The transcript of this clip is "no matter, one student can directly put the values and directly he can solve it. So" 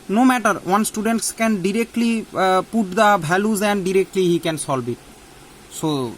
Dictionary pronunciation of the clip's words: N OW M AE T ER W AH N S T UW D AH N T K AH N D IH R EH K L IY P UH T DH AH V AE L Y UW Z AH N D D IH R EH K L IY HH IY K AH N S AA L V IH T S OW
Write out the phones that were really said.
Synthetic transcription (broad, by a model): N OW M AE T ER W AH N S T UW D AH N T K AH N D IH R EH K L IY P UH T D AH B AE L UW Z AH N D D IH R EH K L IY HH IY K AH N S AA L B IH T S OW